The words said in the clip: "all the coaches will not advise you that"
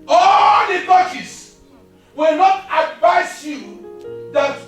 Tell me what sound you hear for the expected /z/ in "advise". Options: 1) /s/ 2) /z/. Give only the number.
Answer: 1